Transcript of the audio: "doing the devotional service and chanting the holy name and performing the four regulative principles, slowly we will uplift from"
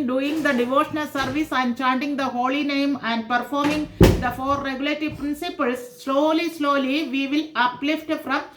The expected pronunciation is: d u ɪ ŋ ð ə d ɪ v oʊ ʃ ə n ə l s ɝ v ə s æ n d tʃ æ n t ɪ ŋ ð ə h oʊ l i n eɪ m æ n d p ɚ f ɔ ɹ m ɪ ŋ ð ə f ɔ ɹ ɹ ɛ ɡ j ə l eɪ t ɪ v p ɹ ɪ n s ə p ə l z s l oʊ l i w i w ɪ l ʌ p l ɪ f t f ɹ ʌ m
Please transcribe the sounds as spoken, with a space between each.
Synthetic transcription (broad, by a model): d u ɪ ŋ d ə d ɪ v oʊ ʃ ə n ə l s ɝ v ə s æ n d tʃ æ n t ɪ ŋ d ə h oʊ l i n eɪ m æ n d p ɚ f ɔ ɹ m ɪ ŋ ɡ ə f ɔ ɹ ɹ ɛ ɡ j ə l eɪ t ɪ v p ɹ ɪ n s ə p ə l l s l oʊ l i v i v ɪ l ʌ p l ɪ f t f ɹ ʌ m